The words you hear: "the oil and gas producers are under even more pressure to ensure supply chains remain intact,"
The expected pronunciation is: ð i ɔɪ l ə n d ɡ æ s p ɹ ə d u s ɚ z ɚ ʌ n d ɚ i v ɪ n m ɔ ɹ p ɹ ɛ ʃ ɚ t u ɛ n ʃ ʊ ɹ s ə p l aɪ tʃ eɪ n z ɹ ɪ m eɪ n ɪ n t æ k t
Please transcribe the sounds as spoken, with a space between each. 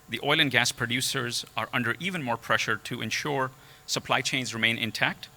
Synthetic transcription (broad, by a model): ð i ɔɪ l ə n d ɡ æ s p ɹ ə d u s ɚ z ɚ ʌ n d ɚ i v ɪ n m ɔ ɹ p ɹ ɛ ʃ ɚ t u ɛ n ʃ ʊ ɹ s ə p l aɪ tʃ eɪ n z ɹ ɪ m eɪ n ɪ n t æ k t